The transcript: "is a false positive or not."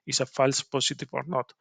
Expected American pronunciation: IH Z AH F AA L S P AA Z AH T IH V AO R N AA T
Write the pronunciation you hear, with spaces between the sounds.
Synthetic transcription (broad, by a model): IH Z AH F AA L S P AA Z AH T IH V AO R N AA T